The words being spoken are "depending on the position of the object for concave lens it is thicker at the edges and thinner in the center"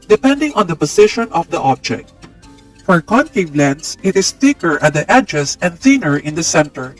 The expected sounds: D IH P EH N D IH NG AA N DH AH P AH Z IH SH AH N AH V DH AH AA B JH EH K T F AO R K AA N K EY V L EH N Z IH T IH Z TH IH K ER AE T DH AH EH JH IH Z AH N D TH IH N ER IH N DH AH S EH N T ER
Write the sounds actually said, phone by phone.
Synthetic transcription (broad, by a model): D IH P EH N D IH NG AA N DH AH P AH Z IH SH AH N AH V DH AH AA B JH EH K T F AO R K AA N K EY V L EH N S IH T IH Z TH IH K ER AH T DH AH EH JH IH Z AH N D TH IH N ER IH N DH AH S EH N T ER